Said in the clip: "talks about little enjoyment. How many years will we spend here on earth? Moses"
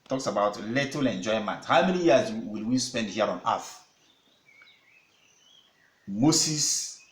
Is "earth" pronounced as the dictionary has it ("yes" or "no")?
no